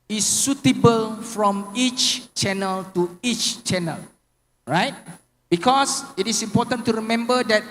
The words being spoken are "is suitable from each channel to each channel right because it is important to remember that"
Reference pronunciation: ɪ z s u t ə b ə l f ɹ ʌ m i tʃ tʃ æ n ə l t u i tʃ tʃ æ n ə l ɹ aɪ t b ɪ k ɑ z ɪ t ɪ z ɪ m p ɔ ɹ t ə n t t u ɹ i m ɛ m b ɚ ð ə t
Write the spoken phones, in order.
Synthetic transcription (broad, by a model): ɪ s u t ə b ə l f ɹ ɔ m i tʃ tʃ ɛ n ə l t u i tʃ tʃ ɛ n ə l ɹ aɪ t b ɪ k ɑ s ɪ t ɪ s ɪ m p ɔ t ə n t t u ɹ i m ɛ m b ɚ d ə t